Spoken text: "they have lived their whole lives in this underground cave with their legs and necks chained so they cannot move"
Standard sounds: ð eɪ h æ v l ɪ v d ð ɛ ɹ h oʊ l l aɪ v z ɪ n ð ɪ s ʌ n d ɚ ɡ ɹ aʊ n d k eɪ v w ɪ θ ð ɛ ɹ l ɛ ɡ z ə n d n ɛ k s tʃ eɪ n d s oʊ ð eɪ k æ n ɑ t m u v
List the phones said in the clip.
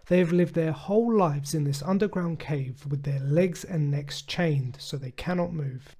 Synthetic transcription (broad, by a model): ð eɪ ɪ v l ɪ v d ð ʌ ɹ h oʊ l l aɪ v z ɪ n ð ɪ s ʌ n d ɚ ɡ ɹ aʊ n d k eɪ v w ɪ ð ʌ ɹ l ɛ ɡ z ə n n ɛ k s tʃ eɪ n d s oʊ ð eɪ k æ n ɑ t m u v